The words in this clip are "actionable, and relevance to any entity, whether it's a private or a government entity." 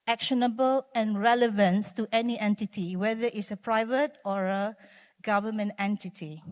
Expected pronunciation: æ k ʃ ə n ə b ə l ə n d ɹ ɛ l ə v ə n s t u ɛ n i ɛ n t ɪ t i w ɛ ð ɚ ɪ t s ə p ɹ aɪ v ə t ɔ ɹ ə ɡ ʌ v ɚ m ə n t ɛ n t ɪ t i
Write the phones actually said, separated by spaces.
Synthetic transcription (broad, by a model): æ k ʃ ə n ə b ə l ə n ɹ ɛ l ə v ə n s t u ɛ n i ɛ n t ɪ t i w ɛ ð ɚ ɪ t s ə p ɹ aɪ v ə t ɔ ɹ ə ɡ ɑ v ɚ m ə n t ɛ n t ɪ t i